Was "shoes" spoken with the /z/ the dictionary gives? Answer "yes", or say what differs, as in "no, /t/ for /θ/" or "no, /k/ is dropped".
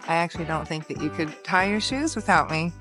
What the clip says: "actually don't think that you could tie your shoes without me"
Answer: yes